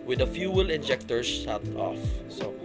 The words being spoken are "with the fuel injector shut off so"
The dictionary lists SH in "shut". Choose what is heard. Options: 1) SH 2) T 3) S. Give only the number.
3